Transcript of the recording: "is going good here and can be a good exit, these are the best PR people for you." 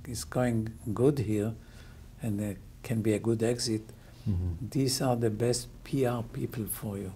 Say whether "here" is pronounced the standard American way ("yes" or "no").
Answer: yes